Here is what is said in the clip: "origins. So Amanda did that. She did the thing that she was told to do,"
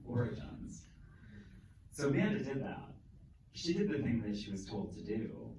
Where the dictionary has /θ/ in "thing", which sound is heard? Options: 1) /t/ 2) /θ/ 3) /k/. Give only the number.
2